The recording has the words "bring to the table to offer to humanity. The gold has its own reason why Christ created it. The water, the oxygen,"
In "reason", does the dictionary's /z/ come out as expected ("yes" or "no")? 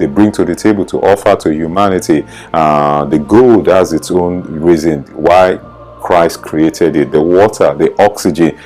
yes